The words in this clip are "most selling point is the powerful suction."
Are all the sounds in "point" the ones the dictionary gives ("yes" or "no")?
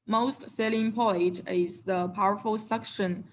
no